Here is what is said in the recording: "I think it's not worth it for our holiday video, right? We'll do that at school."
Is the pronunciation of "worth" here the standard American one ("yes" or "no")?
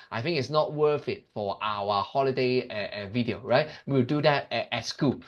no